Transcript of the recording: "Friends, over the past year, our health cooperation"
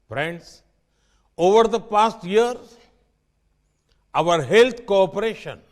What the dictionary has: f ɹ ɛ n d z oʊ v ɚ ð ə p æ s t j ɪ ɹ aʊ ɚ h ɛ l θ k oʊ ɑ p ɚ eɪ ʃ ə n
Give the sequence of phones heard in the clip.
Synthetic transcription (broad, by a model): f ɹ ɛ n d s oʊ v ɚ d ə p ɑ s t j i ɹ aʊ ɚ h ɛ l t k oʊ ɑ p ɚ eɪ ʃ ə n